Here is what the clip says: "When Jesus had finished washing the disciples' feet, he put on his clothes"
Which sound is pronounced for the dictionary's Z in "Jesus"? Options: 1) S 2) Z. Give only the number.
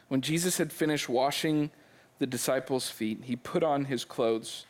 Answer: 2